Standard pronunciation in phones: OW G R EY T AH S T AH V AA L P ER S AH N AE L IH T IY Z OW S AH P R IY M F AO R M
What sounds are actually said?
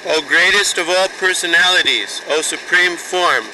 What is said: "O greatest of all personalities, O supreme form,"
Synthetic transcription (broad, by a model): OW G R EY T AH S T AH V AA L P ER S AH N AE L IH T IY Z OW S AH P R IY M F AO R M